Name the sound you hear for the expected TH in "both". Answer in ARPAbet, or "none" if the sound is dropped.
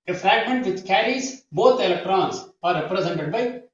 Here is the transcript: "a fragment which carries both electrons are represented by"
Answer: T